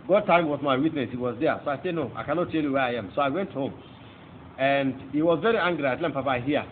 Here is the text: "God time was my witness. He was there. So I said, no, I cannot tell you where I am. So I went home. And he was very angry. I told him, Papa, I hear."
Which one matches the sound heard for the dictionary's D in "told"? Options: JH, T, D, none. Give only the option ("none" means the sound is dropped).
none